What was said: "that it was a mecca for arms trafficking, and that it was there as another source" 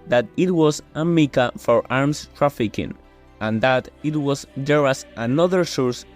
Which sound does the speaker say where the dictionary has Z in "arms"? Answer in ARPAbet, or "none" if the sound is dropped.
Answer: S